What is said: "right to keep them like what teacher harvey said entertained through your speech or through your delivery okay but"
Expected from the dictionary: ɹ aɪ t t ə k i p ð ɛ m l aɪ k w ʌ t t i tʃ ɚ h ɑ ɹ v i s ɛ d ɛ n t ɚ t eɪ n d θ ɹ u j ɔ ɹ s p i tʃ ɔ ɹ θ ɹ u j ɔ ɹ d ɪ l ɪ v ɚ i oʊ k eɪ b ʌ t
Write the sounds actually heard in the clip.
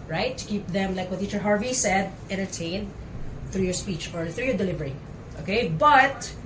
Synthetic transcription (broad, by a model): ɹ aɪ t t ə k i p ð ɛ m l aɪ k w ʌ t t i tʃ ɚ h ɑ ɹ v i s ɛ d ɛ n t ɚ t eɪ n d θ ɹ u j ɔ ɹ s p i tʃ ɔ ɹ θ ɹ u j ɔ ɹ d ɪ l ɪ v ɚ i oʊ k eɪ b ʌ t